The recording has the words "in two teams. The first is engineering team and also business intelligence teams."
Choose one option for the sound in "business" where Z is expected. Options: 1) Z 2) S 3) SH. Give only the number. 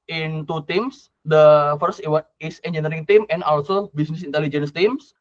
2